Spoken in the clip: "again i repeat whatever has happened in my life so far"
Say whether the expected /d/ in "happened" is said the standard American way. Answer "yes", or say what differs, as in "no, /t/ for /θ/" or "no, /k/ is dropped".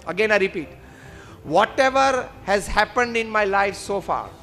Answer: yes